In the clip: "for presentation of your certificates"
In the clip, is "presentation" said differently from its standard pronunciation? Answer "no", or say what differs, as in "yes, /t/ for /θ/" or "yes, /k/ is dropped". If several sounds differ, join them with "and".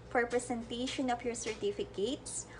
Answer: yes, /s/ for /z/